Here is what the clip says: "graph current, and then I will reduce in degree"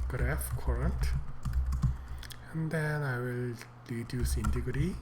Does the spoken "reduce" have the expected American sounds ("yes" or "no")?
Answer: no